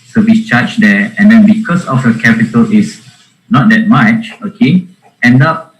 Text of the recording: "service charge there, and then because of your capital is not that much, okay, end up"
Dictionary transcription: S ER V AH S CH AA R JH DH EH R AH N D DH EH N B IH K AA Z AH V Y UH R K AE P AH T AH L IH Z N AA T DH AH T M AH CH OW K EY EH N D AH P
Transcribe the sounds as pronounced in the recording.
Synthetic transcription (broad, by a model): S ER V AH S CH AA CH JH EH AH N D EH N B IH K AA S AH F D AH K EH P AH T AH L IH S N AA T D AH T M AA CH OW K EY EH N D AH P